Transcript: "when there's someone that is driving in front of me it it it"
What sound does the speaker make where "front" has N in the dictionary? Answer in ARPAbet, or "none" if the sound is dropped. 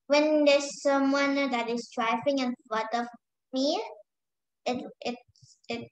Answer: none